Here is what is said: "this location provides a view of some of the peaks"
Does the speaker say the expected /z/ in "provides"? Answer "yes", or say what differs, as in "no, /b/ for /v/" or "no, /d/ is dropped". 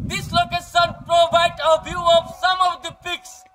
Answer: no, /z/ is dropped